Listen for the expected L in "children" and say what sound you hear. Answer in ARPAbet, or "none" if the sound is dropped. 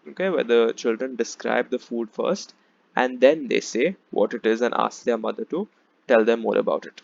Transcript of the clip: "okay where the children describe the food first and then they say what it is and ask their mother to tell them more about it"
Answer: L